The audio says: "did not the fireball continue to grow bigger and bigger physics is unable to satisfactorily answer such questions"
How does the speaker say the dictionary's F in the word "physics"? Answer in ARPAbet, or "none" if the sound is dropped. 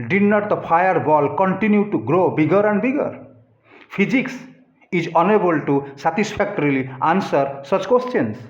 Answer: P